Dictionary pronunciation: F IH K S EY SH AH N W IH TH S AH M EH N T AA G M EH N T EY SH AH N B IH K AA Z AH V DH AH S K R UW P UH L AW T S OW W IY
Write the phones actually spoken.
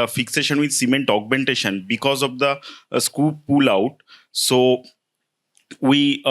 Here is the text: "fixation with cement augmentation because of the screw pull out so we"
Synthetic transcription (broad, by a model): F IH K S EY SH AH N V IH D S AH M EH N T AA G M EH N T EY SH AH N B IH K AA Z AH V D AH S K UW P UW L AW T S OW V IY